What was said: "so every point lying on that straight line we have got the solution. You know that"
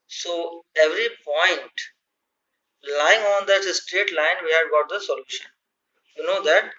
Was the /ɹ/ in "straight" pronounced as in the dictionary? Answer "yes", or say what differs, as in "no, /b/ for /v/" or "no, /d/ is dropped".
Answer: yes